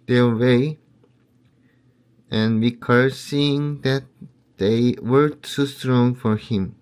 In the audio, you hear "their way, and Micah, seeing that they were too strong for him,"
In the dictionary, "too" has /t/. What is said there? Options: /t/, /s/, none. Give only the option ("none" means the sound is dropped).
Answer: /s/